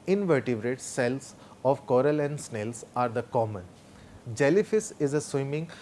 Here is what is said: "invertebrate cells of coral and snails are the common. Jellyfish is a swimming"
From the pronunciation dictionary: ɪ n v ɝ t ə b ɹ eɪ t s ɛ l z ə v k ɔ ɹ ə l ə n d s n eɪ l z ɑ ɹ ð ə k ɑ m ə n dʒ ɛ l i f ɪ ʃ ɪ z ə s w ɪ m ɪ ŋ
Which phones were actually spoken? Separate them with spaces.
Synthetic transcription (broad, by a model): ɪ n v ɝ t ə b ɹ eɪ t s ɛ l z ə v k ɔ ɹ ə l ə n d s n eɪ l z ɑ ɹ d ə k ɑ m ə n dʒ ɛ l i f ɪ s ɪ z ə s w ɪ m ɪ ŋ